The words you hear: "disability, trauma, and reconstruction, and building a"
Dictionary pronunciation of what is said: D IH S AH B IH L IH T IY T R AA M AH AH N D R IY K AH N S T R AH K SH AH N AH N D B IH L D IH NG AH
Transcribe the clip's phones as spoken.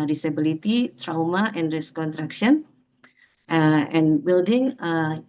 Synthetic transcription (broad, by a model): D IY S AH B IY L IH T IY T R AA M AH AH N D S K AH N T R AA K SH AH N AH N B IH L D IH NG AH